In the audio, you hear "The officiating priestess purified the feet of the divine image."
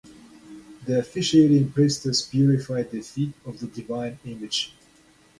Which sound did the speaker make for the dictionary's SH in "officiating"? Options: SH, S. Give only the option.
SH